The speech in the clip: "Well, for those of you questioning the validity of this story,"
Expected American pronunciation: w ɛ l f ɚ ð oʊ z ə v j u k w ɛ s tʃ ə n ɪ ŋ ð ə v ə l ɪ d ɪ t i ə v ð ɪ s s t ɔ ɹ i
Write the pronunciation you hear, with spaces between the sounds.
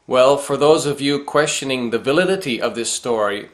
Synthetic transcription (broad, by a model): w ɛ l f ɚ ð oʊ z ə v j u k w ɛ s tʃ ə n ɪ ŋ ð ə v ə l ɪ d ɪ t i ə v ð ɪ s s t ɔ ɹ i